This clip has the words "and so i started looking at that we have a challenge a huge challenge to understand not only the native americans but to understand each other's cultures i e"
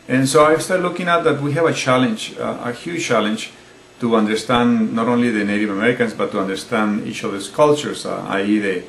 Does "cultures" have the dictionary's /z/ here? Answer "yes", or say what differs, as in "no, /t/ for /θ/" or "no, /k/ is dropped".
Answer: no, /s/ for /z/